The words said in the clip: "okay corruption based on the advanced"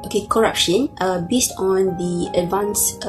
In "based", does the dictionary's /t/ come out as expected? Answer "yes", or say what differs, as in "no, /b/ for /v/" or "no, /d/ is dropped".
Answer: yes